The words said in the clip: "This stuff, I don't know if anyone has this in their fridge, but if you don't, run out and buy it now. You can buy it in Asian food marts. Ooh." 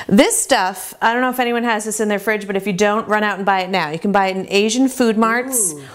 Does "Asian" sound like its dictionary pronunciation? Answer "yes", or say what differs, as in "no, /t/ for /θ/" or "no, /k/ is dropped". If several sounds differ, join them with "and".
yes